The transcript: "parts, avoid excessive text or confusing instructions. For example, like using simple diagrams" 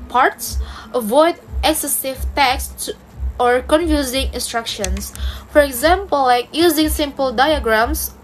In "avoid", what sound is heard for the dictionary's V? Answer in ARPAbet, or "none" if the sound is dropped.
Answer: V